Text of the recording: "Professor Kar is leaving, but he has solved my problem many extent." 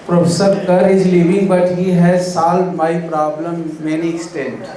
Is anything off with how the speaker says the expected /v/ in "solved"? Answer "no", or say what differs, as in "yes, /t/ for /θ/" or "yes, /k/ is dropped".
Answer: yes, /v/ is dropped